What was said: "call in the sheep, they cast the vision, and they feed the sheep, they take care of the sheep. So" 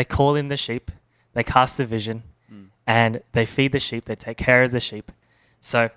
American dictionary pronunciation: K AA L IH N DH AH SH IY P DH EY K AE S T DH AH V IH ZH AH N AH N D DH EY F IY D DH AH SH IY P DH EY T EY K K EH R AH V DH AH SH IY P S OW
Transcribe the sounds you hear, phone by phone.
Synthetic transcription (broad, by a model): K AA L IH N DH AH SH IY P DH EY K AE S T DH AH V IH ZH AH N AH N DH EY F IY D DH AH SH IY P DH EY T EY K K EH R AH V DH AH SH IY P S OW